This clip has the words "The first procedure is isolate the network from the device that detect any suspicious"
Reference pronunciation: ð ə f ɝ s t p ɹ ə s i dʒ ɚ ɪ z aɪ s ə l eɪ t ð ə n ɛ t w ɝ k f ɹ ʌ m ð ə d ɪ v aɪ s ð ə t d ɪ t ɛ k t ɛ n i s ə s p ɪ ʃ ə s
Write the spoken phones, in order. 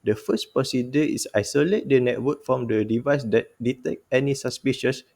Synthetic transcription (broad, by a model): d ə f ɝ s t p ɹ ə s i dʒ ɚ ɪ s aɪ s ə l eɪ t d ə n ɛ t w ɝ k f ɹ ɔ m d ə d ɪ v aɪ s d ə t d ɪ t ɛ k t ɛ n i s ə s p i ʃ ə s